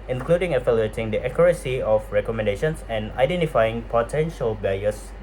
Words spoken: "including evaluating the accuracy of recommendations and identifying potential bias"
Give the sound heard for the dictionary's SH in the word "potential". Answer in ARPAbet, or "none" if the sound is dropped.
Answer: SH